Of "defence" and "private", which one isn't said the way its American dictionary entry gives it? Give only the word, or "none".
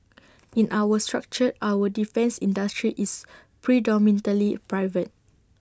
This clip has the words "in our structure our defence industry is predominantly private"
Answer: none